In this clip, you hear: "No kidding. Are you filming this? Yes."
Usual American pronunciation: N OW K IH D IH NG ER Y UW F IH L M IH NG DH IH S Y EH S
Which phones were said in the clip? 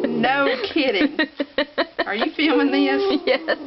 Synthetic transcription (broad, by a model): N OW K IH D IH NG ER Y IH F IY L IH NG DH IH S Y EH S